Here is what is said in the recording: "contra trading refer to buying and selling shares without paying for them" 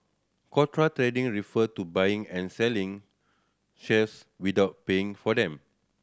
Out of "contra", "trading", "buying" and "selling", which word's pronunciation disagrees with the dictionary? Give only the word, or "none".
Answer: contra